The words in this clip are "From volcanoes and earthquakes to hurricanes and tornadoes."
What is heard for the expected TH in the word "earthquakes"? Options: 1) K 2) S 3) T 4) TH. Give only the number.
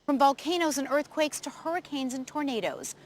4